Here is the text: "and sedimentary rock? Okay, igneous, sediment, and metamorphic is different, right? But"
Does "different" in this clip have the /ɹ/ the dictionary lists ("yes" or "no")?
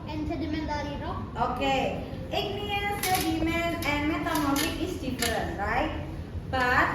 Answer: no